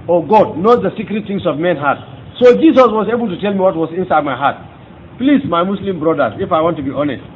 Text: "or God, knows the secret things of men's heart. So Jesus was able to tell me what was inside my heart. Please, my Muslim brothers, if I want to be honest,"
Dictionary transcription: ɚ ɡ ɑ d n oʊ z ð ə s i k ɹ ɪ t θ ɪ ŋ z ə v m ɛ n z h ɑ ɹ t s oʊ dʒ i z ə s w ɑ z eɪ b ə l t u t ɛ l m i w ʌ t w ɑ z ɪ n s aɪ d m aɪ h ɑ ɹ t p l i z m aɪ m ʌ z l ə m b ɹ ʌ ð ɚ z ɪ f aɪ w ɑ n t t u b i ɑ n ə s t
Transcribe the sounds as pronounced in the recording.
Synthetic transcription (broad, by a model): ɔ ɡ ɑ d n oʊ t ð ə s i k ɹ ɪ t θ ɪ ŋ s ə v m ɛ n h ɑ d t s oʊ dʒ i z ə s w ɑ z eɪ b ə l t u t ɛ l m i w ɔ t w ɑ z ɪ n s aɪ d m aɪ h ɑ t p l i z m aɪ m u s l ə m b ɹ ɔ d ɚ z ɪ f aɪ w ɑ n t t u b i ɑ n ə s t